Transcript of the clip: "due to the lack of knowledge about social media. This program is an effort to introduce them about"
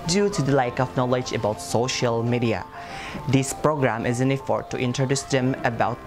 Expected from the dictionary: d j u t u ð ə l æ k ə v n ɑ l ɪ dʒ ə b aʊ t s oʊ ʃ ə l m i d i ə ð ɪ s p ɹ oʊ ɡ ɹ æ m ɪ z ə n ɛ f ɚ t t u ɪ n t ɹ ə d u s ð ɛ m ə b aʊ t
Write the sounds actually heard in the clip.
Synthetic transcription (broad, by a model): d j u t u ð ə l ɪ k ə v n ɑ l ɪ dʒ ə b aʊ t s oʊ ʃ ə l m i d i ə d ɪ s p ɹ oʊ ɡ ɹ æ m ɪ z ə n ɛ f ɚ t t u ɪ n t ɹ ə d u s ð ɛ m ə b aʊ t